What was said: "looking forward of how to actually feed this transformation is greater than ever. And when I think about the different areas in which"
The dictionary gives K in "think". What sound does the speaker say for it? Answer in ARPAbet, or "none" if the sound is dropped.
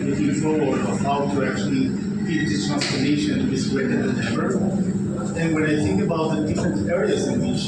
K